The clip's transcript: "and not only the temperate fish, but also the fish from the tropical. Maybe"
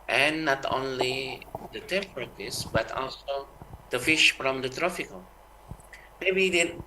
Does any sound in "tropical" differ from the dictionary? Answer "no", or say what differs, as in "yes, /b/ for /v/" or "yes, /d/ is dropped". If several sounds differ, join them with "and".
yes, /f/ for /p/